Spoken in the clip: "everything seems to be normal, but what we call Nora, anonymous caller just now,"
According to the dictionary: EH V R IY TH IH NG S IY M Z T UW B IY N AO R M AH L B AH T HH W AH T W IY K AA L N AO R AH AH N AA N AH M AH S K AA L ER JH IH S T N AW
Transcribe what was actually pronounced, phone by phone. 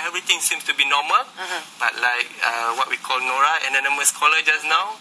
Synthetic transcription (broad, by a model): EH V R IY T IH NG S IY M S T UW B IY N AO M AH L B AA T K W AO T W IY K AA L N AO R AH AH N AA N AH M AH S K AA L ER JH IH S N AW